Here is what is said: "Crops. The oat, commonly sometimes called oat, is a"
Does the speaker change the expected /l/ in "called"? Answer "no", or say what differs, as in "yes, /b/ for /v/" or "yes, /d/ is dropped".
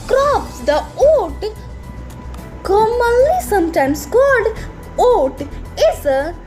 yes, /l/ is dropped